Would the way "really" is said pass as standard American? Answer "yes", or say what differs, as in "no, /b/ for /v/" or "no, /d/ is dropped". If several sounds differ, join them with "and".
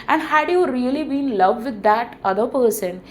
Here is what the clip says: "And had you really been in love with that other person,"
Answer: no, /l/ is dropped